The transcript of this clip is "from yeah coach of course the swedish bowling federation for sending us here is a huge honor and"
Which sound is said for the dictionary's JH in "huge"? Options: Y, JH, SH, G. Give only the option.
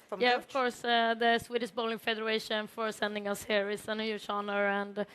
SH